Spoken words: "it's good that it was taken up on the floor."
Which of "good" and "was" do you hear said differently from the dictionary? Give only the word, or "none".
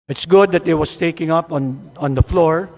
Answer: was